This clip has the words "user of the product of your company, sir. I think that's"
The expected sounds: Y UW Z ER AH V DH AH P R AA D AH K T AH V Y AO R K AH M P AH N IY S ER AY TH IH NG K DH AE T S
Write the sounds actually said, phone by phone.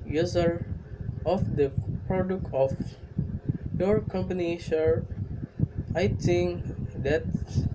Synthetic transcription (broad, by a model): Y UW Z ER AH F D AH P R AA D AH K T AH F Y AO R K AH M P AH N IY SH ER AY T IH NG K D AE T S